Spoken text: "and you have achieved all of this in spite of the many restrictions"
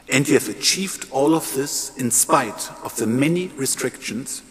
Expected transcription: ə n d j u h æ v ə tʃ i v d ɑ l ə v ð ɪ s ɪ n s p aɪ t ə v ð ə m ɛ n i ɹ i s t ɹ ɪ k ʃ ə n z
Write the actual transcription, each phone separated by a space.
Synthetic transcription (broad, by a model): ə n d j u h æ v ə tʃ i v d ɑ l ə v ð ɪ s ɪ n s p aɪ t ə v ð ə m ɛ n i ɹ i s t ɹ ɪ k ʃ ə n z